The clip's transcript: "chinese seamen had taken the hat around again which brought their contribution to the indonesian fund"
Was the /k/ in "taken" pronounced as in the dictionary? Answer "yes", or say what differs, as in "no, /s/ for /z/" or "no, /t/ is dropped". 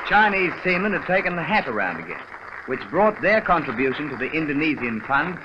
yes